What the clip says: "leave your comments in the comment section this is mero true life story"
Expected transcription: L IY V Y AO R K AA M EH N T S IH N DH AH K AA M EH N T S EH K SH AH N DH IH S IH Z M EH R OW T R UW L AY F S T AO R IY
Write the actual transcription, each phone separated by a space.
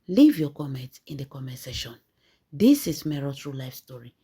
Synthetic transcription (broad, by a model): L IY V Y AO K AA M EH N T IH N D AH K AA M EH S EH SH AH N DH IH S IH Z M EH R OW T R UW L AY F S T AO R IY